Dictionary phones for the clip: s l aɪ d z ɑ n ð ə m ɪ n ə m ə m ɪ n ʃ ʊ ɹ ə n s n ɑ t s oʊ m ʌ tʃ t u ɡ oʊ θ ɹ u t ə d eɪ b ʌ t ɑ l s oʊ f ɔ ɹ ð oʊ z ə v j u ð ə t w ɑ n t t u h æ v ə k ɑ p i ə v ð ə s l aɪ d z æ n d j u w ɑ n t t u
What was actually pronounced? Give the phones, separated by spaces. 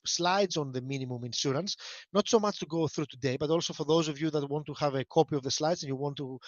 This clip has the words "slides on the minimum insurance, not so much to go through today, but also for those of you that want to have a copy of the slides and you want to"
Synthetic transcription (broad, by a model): s l aɪ d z ɑ n ð ə m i n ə m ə m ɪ n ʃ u ɹ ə n s n ɑ t s oʊ m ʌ tʃ t u ɡ oʊ θ ɹ u t ə d eɪ b ʌ t ɑ l s oʊ f ɔ ɹ ð oʊ z ə v j u ð ə t w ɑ n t t u h æ v ə k ɑ p i ə v ð ə s l aɪ d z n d j u w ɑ n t t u